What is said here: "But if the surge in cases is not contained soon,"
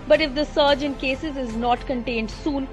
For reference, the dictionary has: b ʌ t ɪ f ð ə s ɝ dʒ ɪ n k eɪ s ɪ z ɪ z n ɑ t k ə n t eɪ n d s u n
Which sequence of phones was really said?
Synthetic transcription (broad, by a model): b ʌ t ɪ f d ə s ɝ dʒ ɪ n k eɪ s ɪ z ɪ z n ɑ t k ə n t eɪ n d s u n